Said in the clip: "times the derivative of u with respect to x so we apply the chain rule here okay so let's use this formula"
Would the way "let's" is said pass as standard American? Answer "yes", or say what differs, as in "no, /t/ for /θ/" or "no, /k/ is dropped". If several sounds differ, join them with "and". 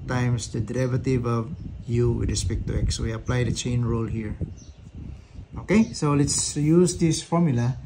yes